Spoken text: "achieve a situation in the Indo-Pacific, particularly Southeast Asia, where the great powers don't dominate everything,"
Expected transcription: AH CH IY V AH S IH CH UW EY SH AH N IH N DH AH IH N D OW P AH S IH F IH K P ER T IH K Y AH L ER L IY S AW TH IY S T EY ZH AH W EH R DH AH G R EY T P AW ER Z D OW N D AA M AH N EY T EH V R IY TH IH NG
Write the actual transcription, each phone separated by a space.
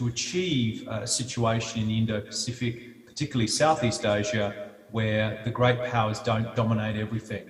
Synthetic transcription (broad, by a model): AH CH IY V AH S IH CH UW EY SH AH N IH N IH N D OW P AH S IH F IH K P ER T IH K Y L L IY S AW TH IY S T EY ZH AH W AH R DH AH G R EY T P AW ER Z D OW N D AA M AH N EY T EH V R IY TH IH NG